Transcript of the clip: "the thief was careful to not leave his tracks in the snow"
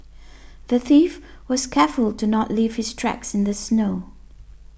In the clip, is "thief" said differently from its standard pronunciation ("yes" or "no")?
no